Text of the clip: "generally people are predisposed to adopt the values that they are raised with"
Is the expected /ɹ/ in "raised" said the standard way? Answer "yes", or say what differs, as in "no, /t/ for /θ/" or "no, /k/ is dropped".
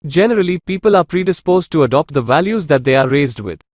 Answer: yes